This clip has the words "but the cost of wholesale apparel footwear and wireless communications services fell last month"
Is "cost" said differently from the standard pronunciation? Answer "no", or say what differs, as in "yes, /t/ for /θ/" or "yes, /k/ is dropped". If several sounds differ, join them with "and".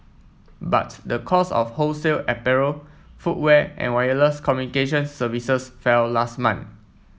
yes, /t/ is dropped